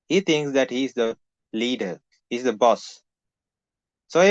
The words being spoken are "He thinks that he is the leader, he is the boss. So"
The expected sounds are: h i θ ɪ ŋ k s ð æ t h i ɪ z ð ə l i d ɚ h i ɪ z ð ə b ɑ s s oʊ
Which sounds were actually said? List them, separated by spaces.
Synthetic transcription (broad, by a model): h i t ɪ ŋ k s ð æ t h i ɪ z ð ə l i d ɚ h i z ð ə b ɑ s s oʊ